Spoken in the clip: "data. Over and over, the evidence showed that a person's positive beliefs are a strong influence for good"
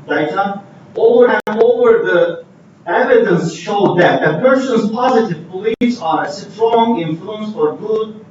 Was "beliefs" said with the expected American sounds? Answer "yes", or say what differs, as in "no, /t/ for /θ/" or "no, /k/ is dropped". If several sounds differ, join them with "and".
no, /f/ is dropped